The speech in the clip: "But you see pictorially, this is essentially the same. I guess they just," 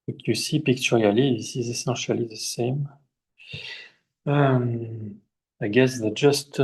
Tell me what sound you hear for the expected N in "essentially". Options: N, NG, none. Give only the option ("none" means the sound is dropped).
none